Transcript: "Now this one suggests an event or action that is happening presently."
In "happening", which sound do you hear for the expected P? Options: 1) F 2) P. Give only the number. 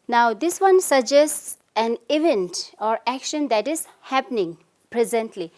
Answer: 2